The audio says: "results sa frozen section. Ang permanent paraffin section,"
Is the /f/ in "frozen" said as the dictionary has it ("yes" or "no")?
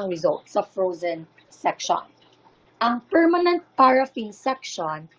yes